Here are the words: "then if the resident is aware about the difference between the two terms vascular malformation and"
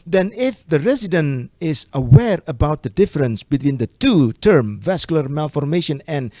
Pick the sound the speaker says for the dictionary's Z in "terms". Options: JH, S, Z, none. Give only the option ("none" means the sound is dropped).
none